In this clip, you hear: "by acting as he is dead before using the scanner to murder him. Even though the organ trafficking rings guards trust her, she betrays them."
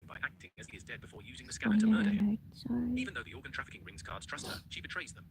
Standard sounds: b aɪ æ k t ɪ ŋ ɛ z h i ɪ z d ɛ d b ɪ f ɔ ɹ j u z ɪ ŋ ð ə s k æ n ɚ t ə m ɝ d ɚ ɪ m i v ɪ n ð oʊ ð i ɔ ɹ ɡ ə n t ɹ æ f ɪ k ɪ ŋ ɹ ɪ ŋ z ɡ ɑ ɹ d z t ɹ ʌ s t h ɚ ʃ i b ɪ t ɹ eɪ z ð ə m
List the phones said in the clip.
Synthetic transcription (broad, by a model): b aɪ æ k t ɪ ŋ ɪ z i ɪ z d ɛ d b ɪ f ɔ ɹ j u z ɪ ŋ ð ə s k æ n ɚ t ə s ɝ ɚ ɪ i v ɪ n ð oʊ ð i ɔ ɹ ɡ ə n t ɹ æ f ɪ k ɪ ŋ ɹ ɪ ŋ z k ɑ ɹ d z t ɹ ʌ s t h ɚ ʃ i b ɪ t ɹ eɪ z ð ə m